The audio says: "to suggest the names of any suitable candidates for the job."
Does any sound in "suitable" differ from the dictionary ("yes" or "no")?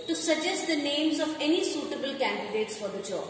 no